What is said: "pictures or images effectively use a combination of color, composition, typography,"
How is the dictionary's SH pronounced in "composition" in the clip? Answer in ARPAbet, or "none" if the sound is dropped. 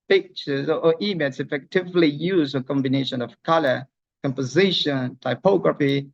SH